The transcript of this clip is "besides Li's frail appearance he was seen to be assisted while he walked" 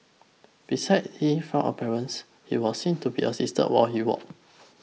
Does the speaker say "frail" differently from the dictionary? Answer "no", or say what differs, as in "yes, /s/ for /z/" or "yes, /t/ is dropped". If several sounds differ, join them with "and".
yes, /ɹ/ is dropped and /n/ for /l/